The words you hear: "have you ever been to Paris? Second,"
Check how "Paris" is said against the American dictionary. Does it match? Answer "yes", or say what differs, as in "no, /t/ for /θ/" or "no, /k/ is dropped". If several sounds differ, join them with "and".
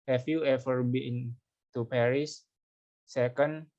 yes